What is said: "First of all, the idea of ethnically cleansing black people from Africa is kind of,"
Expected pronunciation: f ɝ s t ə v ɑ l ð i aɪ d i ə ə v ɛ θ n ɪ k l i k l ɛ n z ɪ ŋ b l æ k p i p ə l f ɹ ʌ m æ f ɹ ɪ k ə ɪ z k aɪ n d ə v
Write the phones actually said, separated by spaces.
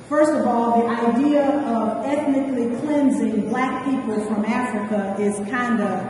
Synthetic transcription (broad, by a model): f ɝ s t ə v ɑ l ð i aɪ d i ə ə v ɛ θ n ɪ k l i k l ɛ n z ɪ ŋ b l æ k p i p ə l f ɹ ʌ m æ f ɹ ɪ k ə ɪ z k aɪ n d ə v